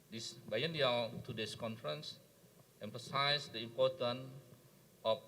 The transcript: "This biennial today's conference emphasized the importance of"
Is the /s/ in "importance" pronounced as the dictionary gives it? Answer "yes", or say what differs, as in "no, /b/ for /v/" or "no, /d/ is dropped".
no, /s/ is dropped